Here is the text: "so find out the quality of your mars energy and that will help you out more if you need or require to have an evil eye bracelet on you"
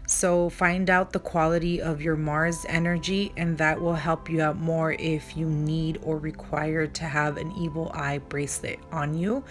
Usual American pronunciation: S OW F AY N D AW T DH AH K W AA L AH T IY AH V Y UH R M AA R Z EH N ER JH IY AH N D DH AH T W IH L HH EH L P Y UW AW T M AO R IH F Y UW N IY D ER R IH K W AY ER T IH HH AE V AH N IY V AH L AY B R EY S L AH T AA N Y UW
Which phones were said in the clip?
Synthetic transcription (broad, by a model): S OW F AY N D AW T DH AH K W AA L AH T IY AH V Y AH R M AA R Z EH N ER JH IY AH N DH AH T W IH L HH EH L P Y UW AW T M AO R IH F Y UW N IY D ER R IH K W AY ER T IH V AH N IY V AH L AY B R EY S L AH T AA N Y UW